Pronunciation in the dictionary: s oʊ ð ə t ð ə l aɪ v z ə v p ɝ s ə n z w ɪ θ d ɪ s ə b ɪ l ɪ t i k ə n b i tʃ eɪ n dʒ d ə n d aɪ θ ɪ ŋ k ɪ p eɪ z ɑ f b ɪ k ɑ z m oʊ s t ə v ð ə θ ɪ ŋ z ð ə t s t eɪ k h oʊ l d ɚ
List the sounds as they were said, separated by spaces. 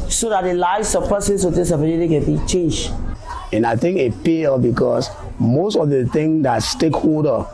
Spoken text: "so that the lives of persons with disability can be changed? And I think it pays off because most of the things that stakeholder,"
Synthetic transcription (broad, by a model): s oʊ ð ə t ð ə l aɪ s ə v p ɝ s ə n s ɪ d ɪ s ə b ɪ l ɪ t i k ə n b i tʃ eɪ n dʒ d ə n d aɪ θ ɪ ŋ k ɪ p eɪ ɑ b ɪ k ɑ s m oʊ s t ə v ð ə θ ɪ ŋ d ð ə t s t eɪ k h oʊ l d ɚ